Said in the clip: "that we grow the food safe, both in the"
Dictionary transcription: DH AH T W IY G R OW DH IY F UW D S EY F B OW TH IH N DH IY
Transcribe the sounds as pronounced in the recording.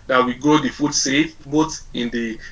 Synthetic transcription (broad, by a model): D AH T W IY G OW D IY F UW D S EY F B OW T IH N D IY